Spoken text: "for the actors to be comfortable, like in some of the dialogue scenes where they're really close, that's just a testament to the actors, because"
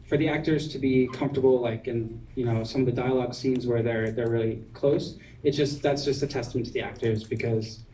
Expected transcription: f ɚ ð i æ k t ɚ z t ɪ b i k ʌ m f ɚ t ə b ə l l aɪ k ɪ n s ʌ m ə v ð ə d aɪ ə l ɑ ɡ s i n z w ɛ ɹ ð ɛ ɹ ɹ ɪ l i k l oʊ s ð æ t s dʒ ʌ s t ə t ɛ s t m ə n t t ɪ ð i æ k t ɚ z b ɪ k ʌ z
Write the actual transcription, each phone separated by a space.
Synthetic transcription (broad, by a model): f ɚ ð i æ k t ɚ z t ɪ b i k ʌ m f t ə b l l aɪ k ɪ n s ʌ m ə v ð ə d aɪ ə l ɑ ɡ s i n z w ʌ ɹ ð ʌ ɹ ɹ ɪ l i k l oʊ s ð æ t s dʒ ʌ s t ə t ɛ s t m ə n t t ɪ ð i æ k t ɚ z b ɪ k ʌ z